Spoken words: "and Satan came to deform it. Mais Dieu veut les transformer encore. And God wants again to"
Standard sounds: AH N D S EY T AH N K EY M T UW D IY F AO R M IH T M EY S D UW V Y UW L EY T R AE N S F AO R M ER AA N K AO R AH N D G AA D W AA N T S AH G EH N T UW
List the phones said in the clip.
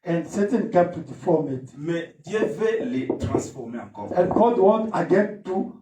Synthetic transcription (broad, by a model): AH N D S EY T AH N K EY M T UW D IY F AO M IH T M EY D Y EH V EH L EY T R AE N S F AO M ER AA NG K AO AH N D G AA D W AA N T AH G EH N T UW